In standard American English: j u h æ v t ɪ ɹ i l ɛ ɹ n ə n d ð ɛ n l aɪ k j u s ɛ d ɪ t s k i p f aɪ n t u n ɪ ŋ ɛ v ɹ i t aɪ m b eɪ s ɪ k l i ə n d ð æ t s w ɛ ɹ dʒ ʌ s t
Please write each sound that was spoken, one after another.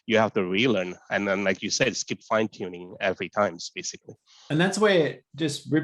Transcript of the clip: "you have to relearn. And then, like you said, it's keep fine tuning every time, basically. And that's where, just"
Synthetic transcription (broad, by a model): j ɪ h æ f t ɪ ɹ i l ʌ ɹ n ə n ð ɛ n l aɪ k j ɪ s ɛ d s k i p f aɪ n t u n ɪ ŋ ɛ v ɹ i t aɪ m b eɪ s ɪ k l i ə n ð æ t s w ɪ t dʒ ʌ s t